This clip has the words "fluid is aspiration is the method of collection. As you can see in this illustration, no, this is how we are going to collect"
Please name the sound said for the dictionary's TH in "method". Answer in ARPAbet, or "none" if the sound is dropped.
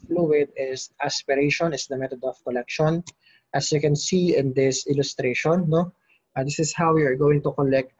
T